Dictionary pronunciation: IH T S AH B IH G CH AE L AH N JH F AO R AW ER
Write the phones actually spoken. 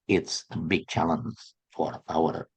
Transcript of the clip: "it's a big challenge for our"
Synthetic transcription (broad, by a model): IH T S AH B IH G CH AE L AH N Z F AO R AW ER